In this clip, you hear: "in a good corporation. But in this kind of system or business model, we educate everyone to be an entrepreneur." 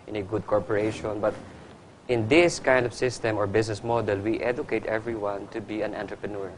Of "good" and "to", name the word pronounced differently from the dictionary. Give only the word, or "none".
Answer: none